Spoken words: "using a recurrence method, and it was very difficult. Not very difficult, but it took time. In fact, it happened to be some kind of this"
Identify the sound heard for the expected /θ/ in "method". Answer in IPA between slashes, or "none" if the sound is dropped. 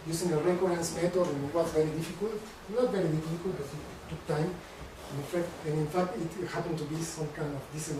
/t/